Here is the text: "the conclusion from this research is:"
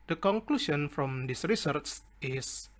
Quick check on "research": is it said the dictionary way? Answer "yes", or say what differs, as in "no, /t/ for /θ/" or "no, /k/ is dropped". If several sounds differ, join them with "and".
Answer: no, /s/ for /tʃ/